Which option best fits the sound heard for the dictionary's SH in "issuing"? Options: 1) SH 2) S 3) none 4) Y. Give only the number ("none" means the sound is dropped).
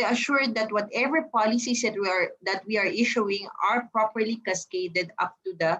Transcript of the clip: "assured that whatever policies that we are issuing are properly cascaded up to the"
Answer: 1